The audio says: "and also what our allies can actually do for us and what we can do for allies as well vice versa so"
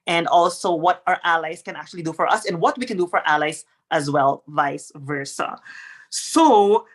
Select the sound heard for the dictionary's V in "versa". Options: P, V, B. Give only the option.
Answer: V